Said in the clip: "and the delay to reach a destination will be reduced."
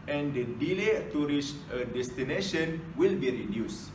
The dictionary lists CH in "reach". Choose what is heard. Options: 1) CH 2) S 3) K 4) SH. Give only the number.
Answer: 2